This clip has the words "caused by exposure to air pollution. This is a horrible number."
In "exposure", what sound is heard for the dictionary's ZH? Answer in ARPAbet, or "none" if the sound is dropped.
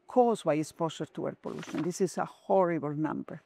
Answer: S